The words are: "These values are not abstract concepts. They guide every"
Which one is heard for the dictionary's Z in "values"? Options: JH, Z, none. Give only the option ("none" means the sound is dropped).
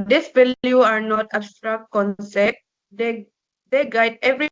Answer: none